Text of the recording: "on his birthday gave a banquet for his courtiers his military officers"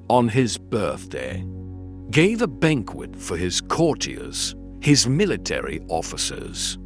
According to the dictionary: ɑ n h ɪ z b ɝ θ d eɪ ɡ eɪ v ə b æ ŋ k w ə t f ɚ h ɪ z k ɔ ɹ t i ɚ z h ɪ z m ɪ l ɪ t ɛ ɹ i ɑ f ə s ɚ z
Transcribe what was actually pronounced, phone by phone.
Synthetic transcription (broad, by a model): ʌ n ɪ z b ɝ θ d eɪ ɡ eɪ v ə b æ ŋ k w ə t f ɚ ɪ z k ɔ ɹ t i ɚ z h ɪ z m ɪ l ɪ t ɛ ɹ i ɑ f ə s ɚ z